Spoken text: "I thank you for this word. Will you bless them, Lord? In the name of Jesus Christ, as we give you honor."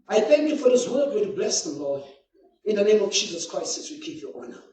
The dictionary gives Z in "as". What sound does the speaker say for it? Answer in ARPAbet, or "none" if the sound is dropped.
S